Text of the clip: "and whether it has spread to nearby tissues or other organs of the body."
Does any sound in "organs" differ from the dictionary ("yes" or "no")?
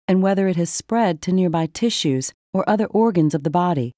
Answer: no